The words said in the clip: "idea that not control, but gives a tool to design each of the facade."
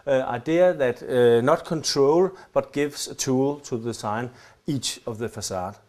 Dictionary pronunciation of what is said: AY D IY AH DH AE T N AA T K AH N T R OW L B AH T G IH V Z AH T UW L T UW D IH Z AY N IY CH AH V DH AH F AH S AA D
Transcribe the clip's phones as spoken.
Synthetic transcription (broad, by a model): AY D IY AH DH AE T N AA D K AH N T R OW L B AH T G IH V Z AH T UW L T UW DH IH S AY N IY CH AH V DH AH F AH S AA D